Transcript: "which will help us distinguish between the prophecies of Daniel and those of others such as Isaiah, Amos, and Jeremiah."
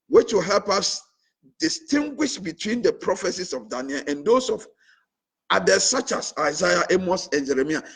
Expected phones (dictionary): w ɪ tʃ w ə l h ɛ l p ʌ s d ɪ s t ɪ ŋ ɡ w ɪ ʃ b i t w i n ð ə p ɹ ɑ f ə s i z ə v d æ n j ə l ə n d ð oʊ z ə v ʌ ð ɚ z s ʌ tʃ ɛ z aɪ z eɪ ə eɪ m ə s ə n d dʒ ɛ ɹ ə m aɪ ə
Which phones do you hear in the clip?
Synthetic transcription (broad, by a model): w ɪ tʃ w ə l h ɛ l p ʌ s d ɪ s t ɪ ŋ ɡ w ɪ ʃ b i t w i n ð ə p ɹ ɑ f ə s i s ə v d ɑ n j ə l ə n d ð oʊ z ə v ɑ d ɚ s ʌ tʃ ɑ s aɪ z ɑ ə eɪ m ə s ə n dʒ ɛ ɹ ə m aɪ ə